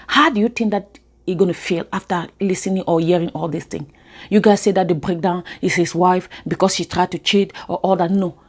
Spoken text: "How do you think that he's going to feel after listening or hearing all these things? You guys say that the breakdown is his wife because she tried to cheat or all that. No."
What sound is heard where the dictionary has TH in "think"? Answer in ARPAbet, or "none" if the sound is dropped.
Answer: T